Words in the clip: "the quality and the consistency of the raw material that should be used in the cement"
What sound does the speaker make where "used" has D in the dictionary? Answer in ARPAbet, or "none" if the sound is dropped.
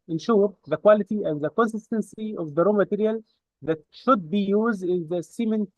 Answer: D